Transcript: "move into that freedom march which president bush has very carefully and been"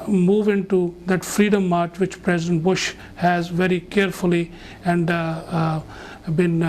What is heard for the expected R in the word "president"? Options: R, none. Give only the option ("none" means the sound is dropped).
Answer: R